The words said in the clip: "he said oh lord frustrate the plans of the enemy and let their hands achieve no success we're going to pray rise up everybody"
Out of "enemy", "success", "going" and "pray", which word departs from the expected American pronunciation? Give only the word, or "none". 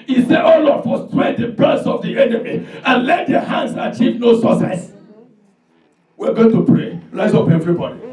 success